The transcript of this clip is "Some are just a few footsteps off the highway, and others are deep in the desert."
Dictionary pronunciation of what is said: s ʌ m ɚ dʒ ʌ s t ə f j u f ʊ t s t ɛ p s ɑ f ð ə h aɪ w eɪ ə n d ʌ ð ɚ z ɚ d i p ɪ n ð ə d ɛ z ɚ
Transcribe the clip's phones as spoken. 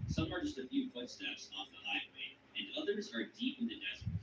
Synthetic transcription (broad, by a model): s ʌ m ɚ dʒ ʌ s t ə f j u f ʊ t s t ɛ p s ɑ f ð ə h aɪ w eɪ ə n ʌ ð ɚ z ɚ d i p ɪ n ð ə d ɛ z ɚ